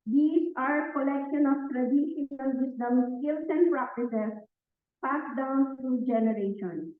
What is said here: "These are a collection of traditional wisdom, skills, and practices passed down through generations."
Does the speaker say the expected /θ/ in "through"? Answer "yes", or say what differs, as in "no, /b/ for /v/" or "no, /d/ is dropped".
no, /t/ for /θ/